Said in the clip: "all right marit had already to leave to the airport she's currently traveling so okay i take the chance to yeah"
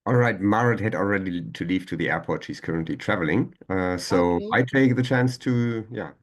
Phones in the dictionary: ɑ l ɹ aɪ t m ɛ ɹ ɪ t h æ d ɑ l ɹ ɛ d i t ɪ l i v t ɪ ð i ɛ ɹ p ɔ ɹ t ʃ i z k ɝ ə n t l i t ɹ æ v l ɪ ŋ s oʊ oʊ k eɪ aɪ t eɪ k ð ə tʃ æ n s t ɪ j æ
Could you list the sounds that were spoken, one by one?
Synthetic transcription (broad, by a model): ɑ l ɹ aɪ t m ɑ ɹ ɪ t h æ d ɑ l ɹ ɛ d i t ɪ l i v t ɪ ð i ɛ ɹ p ɔ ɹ t ʃ i z k ɝ ə n t l i t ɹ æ v l ɪ ŋ s oʊ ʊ aɪ t eɪ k ð ə tʃ æ n s t ɪ j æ